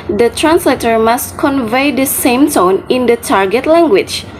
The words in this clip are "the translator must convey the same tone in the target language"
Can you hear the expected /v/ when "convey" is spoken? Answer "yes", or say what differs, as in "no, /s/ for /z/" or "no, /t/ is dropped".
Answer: yes